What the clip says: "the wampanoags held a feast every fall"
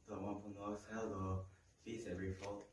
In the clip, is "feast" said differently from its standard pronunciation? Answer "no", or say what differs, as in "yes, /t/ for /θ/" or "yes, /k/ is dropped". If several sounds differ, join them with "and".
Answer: yes, /t/ is dropped